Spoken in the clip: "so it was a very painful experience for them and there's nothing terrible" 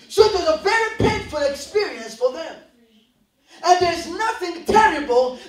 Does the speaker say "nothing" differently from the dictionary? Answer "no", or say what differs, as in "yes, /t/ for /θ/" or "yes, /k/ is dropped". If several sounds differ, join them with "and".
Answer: no